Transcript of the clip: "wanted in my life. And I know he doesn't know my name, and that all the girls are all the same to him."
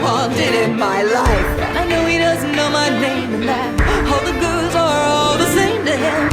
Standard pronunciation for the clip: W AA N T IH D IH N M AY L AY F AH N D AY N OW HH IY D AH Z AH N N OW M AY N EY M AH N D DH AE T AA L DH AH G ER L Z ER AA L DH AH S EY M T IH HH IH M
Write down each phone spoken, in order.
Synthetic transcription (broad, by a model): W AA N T IH D IH N M AY L AY F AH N AY N OW IY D AH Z N N OW M AY N EY M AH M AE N AA L DH AH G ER Z ER AA L DH AH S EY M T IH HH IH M